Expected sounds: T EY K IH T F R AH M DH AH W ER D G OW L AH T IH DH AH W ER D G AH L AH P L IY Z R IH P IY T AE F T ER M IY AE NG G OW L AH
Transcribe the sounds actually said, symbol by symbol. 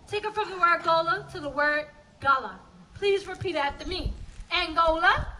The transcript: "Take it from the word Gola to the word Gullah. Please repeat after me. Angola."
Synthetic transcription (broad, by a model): T EY K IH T F R AH M DH AH W ER D G OW L AH T IH DH AH W ER D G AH L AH P L IY Z R IH P IY T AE T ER M IY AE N G OW L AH